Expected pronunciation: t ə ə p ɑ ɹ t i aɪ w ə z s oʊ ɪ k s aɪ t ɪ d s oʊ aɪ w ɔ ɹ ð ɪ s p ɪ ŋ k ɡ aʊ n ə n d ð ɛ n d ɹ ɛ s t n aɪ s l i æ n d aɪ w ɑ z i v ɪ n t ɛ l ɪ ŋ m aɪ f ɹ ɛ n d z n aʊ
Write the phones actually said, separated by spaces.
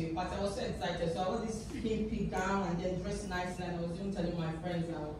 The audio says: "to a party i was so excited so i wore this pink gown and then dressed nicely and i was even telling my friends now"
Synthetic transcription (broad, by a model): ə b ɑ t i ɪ w ə z s oʊ ɪ k s aɪ t ɪ d s oʊ aɪ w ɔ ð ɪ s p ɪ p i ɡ aʊ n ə n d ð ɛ n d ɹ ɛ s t n aɪ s n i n aɪ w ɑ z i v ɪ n t ɛ l ɪ ŋ m aɪ f ɹ ɛ n d z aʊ